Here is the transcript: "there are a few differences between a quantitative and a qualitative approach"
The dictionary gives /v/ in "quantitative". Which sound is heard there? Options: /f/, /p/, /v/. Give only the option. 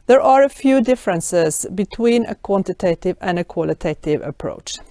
/v/